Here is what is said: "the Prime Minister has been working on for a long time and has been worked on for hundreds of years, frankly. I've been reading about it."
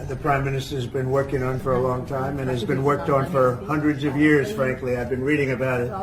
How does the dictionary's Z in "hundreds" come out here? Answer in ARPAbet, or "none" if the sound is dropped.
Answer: Z